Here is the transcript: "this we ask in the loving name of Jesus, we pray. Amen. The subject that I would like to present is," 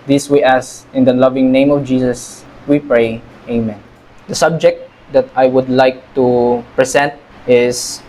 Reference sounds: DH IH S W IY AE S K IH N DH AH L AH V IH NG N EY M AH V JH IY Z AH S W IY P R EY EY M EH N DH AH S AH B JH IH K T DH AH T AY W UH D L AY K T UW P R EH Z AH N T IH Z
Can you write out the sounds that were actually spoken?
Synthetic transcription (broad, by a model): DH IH S W IY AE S IH N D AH L AH V IH NG N EY M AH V JH IY S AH S W IY P R EY EY M EH N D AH S AH B JH IH K T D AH T AY W UH D L AY K T UW P R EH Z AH N T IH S